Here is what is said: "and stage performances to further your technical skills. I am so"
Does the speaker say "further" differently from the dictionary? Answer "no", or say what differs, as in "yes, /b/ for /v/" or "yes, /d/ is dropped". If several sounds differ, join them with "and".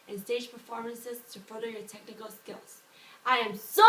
yes, /ð/ is dropped